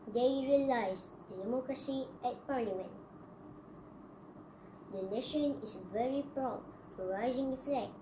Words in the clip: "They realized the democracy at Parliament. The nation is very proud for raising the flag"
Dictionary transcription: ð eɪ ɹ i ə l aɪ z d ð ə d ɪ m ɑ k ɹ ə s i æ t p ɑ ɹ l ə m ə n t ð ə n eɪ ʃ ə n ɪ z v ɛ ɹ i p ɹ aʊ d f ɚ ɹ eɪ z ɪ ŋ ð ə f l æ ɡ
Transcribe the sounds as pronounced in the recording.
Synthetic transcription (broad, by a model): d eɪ ɹ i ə l aɪ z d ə d ɪ m ɑ k ɹ ə s i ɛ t p ɑ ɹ l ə m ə n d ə n eɪ ʃ ə n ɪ s v ɛ ɹ i p ɹ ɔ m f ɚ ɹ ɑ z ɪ ŋ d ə f l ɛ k